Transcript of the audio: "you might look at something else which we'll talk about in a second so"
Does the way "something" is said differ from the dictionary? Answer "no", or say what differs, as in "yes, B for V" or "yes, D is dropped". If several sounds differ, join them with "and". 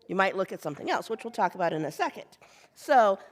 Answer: no